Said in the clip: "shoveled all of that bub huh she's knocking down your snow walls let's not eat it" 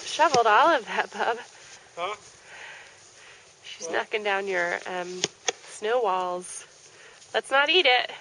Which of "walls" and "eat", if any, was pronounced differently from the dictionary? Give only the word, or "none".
none